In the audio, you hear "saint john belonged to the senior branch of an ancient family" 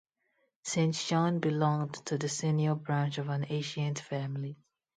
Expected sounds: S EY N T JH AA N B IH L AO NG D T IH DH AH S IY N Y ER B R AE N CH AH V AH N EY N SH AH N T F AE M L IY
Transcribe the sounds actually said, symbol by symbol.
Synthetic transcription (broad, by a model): S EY N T SH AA N B IH L AO NG D T IH DH AH S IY N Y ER B R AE N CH AH V AH N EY SH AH N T F AE M L IY